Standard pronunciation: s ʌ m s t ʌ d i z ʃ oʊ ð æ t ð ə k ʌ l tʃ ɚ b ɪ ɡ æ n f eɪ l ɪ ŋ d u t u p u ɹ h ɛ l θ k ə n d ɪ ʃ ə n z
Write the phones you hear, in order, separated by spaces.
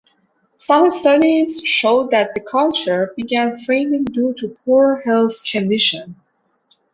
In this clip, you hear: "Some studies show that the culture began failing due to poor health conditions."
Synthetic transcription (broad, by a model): s ʌ m s t ʌ d i z ʃ oʊ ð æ t ð ə k ʌ l tʃ ɚ b ɪ ɡ æ n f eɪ n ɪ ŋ d u t u p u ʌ h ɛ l s k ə n d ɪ ʃ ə n